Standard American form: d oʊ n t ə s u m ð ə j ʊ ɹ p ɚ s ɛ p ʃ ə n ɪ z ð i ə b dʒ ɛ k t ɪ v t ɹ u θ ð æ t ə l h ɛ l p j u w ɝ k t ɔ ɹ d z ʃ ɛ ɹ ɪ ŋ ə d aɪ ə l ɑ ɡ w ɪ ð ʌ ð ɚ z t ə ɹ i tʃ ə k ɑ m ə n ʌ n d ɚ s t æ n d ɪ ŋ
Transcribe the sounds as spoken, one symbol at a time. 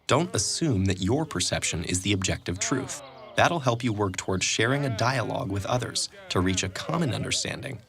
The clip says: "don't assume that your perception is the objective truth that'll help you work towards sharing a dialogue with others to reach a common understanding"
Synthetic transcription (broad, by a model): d oʊ n t ə s u m ð ə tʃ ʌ ɹ p ɚ s ɛ p ʃ ə n ɪ z ð i ə b dʒ ɛ k t ɪ v t ɹ u θ ð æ t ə l h ɛ l p j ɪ w ɝ k t ɔ ɹ d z ʃ ɛ ɹ ɪ ŋ ə d aɪ ə l ɑ ɡ w ɪ ð ʌ ð ɚ z t ə ɹ i tʃ ə k ɑ m ə n ʌ n d ɚ s t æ n d ɪ ŋ